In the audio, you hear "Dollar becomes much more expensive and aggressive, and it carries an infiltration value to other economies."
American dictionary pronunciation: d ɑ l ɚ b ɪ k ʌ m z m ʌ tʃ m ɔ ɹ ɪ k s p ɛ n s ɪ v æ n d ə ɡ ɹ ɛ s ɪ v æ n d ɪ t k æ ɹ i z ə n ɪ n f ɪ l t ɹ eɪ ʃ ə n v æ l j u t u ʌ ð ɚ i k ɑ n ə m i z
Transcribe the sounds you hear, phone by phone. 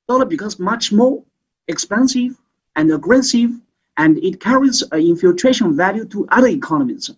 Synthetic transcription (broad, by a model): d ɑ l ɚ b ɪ k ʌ z m ʌ tʃ m ɔ ɹ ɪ k s p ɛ n s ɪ v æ n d ə ɡ ɹ ɛ s ɪ v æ n d ɪ t k æ ɹ i z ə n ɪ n f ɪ l t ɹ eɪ ʃ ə n v æ l j u t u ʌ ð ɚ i k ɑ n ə m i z